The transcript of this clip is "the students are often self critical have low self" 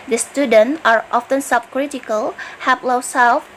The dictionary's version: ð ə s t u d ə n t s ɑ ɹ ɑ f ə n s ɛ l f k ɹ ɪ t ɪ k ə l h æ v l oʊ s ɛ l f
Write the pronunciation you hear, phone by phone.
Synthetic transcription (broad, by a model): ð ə s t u d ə n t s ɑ ɹ ɑ f ə n s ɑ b k ɹ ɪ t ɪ k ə l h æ p l oʊ s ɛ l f